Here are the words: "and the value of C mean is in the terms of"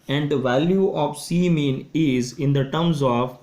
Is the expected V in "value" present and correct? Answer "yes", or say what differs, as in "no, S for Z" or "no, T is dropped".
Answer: yes